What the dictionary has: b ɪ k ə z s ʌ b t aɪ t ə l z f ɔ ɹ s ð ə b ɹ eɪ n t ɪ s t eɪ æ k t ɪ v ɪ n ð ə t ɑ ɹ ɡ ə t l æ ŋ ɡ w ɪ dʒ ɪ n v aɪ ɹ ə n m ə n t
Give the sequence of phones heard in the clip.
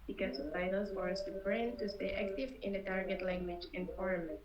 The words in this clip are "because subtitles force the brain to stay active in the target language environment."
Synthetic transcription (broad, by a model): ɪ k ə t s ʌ t aɪ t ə l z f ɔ ɹ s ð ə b ɹ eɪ n t ɪ s t eɪ æ k t ɪ v ɪ n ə t ɑ ɹ ɡ ə t l æ ŋ ɡ w ɪ dʒ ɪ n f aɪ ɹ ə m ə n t